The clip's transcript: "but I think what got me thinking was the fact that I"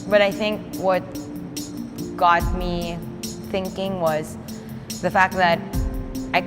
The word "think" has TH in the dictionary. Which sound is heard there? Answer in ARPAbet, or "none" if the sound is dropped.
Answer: TH